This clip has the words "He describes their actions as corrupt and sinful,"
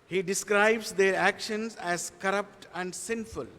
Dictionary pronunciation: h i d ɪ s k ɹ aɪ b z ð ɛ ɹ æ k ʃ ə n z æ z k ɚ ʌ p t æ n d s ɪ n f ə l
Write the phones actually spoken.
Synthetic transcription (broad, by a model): h i d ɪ s k ɹ aɪ b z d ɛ ɹ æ k ʃ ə n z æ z k ɚ ʌ p t æ n d s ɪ n f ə l